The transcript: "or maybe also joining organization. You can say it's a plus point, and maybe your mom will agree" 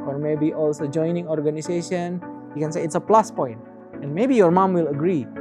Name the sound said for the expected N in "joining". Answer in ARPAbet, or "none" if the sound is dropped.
N